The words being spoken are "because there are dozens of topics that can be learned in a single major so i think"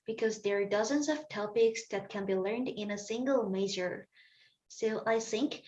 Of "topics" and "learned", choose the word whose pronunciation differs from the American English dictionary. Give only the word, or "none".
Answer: none